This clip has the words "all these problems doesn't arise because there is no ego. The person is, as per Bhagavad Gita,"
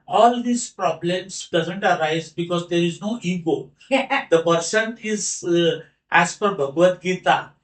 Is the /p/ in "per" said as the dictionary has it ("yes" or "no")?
no